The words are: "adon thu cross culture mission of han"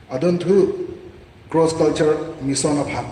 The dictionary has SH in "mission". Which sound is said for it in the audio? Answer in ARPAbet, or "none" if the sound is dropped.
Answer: S